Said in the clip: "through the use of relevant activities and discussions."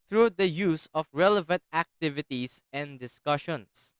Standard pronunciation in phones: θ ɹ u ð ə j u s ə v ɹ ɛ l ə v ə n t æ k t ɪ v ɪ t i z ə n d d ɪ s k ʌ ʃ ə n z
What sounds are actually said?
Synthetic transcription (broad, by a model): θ ɹ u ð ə j u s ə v ɹ ɛ l ə v ə n t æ k t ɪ v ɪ t i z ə n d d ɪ s k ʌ ʃ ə n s